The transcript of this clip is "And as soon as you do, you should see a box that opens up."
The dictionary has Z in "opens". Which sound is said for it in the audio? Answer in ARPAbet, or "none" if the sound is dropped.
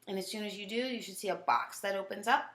Z